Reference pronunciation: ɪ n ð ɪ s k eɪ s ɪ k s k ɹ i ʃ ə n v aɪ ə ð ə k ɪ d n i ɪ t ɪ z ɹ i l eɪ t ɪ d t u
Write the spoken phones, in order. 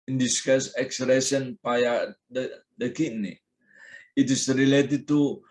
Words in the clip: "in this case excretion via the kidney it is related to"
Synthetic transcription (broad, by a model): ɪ n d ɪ s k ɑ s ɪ k s ɹ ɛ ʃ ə n p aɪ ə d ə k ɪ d n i ɪ t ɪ s ɹ i l eɪ t ɪ d t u